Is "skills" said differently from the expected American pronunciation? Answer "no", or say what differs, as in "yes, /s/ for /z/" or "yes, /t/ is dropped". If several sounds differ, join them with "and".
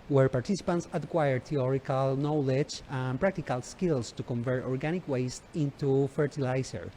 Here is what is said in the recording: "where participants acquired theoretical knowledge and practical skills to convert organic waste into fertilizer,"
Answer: yes, /s/ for /z/